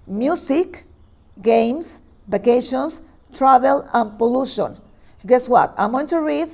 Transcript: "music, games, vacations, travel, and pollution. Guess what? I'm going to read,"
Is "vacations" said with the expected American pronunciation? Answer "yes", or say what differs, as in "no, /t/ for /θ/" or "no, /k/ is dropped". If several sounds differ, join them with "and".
no, /s/ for /z/